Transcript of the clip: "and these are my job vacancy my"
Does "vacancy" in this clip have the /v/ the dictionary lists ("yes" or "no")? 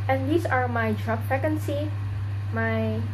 no